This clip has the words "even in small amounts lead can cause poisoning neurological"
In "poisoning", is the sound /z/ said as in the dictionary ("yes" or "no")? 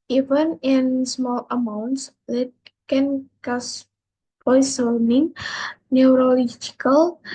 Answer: no